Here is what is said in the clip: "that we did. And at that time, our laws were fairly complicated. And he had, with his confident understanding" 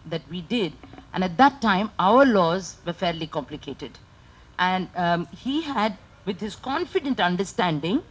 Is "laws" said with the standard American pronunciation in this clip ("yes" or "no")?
yes